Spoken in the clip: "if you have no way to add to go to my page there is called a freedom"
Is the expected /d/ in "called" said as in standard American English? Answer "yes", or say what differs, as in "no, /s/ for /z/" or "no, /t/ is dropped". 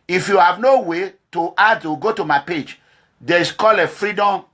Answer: no, /d/ is dropped